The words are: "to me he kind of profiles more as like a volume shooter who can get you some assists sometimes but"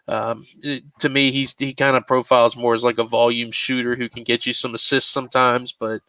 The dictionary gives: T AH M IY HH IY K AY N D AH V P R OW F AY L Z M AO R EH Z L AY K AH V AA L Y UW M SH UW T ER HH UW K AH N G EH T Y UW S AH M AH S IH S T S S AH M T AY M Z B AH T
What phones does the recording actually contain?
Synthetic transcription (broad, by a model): T AH M IY HH IY K AY N D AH P R OW F AY L Z M AO R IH Z L AY K AH V AA L Y UW M SH UW T ER HH UW K N G EH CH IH S AH M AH S IH S T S S AH M T AY M Z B AH T